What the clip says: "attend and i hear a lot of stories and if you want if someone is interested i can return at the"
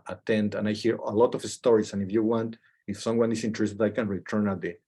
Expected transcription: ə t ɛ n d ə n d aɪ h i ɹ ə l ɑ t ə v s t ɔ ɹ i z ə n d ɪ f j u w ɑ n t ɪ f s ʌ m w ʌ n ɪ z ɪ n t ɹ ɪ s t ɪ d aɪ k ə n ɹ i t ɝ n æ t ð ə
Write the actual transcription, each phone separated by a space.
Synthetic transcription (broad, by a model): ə t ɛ n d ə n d aɪ h i ɹ ə l ɑ t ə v s t ɔ ɹ i s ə n ɪ f j u w ɑ n t ɪ f s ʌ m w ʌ n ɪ s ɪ n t ɹ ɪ s t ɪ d aɪ k ə n ɹ i t ɝ n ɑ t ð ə